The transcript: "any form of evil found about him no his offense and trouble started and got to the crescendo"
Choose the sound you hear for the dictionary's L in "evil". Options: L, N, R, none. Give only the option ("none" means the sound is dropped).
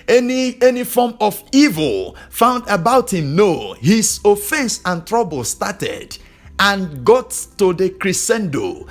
L